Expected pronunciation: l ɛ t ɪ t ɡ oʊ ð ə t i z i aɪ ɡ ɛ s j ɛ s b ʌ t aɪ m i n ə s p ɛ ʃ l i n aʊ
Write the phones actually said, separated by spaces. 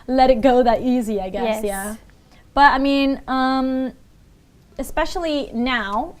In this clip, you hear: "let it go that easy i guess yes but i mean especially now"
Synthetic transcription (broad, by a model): l ɛ t ɪ t ɡ oʊ ð ə t i z i aɪ ɡ ɛ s j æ b ʌ t aɪ m i n ə s p ɛ ʃ l i n aʊ